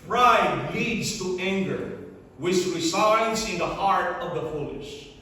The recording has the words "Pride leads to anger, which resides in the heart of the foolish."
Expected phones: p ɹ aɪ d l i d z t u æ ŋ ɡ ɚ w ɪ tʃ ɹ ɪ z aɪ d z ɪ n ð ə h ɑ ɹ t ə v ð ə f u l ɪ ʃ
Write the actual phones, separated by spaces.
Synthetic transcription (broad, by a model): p ɹ aɪ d l i d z t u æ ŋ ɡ ɚ w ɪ s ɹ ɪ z aɪ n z ɪ n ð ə h ɑ ɹ t ə v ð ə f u l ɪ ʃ